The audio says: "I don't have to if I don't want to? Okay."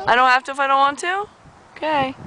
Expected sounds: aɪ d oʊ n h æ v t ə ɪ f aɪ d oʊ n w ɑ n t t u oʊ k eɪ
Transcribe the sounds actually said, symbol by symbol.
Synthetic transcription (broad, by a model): aɪ d oʊ n h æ f t ə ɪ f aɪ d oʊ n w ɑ n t t u oʊ k eɪ